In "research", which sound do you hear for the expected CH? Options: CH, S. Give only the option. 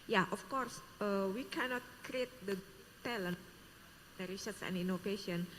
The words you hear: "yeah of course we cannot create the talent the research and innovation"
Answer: S